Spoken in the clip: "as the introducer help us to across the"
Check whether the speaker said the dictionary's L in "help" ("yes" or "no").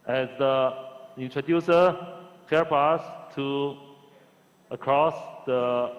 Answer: no